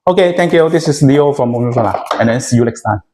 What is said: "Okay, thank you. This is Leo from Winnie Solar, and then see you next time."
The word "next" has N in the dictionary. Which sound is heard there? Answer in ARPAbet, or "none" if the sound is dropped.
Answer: L